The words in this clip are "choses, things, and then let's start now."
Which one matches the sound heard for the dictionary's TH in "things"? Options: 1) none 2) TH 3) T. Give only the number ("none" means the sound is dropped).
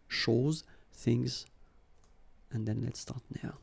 2